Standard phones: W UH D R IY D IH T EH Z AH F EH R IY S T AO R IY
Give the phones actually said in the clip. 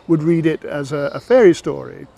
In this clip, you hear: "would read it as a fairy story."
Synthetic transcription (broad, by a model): W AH D R IY D IH T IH Z AH F EH R IY S T AO R IY